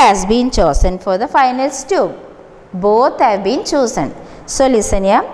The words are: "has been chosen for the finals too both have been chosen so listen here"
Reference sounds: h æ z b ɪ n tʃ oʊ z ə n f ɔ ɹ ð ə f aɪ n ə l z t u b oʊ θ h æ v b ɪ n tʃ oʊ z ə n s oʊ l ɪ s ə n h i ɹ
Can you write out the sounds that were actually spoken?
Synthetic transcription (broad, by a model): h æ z b ɪ n tʃ oʊ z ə n f ɔ ɹ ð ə f aɪ n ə l s t u b oʊ t h æ v b ɪ n tʃ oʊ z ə n s oʊ l ɪ s ə n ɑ